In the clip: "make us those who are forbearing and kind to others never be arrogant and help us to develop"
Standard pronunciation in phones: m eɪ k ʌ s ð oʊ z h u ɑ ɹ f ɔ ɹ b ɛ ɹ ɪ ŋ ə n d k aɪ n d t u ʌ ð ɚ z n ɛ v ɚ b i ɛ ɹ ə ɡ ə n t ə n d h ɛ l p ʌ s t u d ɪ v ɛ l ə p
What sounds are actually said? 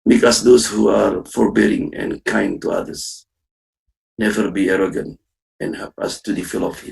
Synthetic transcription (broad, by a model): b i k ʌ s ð oʊ s h u ɑ ɹ f ɔ ɹ b ɛ ɹ ɪ ŋ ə n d k aɪ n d t u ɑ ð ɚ s n ɛ v ɚ b i ɛ ɹ ə ɡ ə n t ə n h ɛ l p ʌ s t u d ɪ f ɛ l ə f